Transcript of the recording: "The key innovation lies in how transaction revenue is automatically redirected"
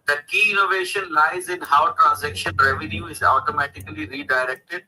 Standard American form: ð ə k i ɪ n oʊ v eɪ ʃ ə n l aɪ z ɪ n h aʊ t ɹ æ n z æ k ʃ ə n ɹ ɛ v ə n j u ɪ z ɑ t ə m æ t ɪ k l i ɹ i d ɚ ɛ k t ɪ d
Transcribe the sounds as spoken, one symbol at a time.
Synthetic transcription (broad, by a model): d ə k i ɪ n oʊ v eɪ ʃ ə n l aɪ z ɪ n h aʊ t ɹ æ n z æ k ʃ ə n ɹ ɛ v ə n j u ɪ z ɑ t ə m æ t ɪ k l i ɹ i d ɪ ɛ k t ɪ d